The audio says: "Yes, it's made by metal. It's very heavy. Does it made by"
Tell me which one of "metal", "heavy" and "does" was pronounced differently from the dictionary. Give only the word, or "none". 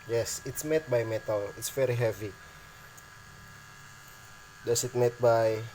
does